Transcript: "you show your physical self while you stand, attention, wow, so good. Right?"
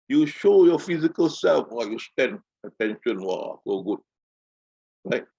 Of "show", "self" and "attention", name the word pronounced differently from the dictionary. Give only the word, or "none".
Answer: none